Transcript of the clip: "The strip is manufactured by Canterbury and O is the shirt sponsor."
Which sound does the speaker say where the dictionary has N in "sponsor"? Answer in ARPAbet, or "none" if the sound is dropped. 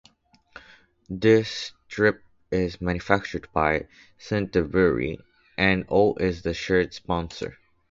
N